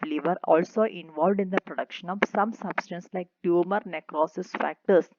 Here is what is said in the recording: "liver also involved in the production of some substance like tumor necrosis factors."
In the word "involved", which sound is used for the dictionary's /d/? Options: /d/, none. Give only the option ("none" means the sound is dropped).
/d/